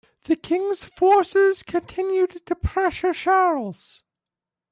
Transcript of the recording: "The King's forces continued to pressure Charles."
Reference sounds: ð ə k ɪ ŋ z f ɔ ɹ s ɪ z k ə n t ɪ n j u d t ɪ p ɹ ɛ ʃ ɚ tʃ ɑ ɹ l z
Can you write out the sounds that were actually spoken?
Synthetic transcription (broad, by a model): ð ə k ɪ ŋ z f ɔ ɹ s ɪ z k ə n t ɪ n j u d t ɪ p ɹ ɛ ʃ ɚ ʃ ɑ ɹ l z